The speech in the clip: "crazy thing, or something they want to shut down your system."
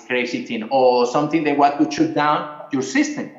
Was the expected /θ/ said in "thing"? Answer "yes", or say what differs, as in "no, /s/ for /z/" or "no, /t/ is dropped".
no, /t/ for /θ/